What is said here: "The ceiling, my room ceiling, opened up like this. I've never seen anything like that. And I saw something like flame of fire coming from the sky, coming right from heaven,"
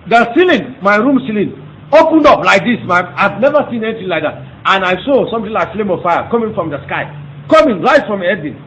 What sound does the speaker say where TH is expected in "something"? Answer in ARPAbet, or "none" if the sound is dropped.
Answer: T